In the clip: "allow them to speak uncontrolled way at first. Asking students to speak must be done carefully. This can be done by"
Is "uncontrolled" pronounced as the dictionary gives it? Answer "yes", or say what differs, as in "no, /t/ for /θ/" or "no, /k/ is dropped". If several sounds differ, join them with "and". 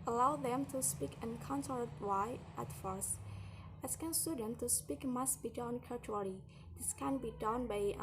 no, /ɹ/ is dropped